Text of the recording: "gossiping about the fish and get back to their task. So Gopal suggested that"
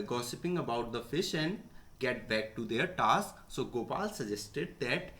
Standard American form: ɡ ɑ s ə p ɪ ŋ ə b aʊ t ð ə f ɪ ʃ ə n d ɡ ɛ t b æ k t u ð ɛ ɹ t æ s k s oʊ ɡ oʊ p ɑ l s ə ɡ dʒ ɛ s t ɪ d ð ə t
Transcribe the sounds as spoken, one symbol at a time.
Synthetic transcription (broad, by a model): ɡ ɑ s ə p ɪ ŋ ə b aʊ t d ə f ɪ ʃ ə n d ɡ ɛ t b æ k t u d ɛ ɹ t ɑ s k s oʊ ɡ oʊ p ɑ l s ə dʒ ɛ s t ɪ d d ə t